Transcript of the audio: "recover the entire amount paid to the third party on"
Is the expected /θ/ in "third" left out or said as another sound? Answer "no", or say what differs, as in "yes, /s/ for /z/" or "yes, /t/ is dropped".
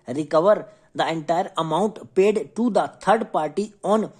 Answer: yes, /t/ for /θ/